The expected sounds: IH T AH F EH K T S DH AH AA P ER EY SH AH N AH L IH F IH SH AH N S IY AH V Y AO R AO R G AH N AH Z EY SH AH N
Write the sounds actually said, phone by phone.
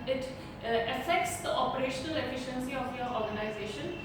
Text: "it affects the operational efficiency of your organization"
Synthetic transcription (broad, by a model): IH T AH F EH K T S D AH AA P ER EY SH AH N AH L IH F IH SH AH N S IY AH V Y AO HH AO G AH N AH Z EY SH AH N